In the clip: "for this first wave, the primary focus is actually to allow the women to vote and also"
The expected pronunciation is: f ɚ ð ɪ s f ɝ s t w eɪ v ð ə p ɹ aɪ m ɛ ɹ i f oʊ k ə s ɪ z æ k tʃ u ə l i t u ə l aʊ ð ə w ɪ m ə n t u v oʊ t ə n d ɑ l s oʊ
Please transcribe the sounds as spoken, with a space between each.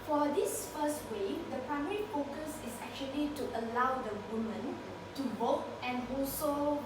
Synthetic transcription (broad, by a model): f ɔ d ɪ s f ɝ s t w eɪ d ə p ɹ aɪ m ɛ ɹ i f oʊ k ə s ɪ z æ k tʃ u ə l i t u ə l aʊ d ə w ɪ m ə n t u b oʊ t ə n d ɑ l s oʊ